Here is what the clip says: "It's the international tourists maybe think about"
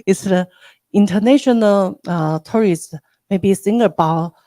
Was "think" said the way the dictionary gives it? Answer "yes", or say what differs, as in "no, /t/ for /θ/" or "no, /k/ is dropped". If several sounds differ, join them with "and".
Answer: no, /s/ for /θ/